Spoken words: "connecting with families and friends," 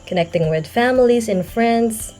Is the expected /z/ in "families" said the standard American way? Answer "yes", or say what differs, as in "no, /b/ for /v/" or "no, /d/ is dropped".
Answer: yes